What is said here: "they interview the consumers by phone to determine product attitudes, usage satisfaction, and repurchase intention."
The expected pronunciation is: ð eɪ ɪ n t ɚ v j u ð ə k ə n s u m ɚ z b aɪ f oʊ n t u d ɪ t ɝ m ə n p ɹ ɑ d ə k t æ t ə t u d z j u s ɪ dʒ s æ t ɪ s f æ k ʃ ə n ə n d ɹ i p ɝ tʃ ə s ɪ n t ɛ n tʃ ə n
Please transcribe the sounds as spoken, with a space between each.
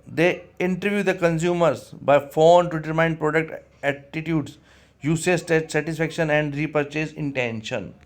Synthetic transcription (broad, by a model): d eɪ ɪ n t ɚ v j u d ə k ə n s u m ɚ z b aɪ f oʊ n t u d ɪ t m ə n p ɹ ɑ d ə k t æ t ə t u d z j u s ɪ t s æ t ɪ s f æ k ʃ ə n ə n d ɹ i p ɝ tʃ ə s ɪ n t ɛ n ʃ ə n